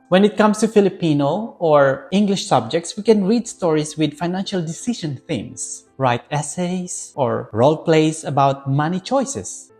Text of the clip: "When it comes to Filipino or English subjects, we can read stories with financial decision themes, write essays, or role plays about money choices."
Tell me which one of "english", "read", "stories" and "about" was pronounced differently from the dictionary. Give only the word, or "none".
stories